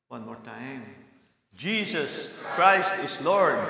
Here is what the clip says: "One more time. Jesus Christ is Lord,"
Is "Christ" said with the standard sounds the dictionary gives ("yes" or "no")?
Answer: yes